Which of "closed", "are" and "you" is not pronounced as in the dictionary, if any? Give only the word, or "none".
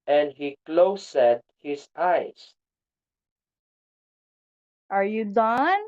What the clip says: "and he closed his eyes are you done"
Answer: closed